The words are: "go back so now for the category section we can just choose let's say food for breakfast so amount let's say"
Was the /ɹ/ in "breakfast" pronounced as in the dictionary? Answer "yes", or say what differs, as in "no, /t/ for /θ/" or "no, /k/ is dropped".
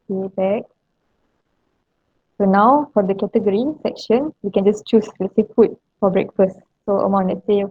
yes